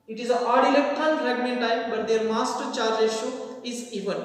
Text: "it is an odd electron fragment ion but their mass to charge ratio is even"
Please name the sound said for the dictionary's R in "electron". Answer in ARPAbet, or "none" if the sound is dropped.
none